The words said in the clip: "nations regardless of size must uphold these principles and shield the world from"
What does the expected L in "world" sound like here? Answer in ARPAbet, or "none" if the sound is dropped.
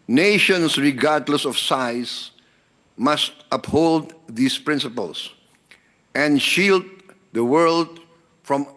L